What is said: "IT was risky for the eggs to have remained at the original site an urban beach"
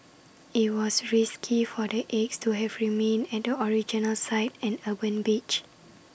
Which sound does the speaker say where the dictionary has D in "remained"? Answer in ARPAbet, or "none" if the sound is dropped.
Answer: none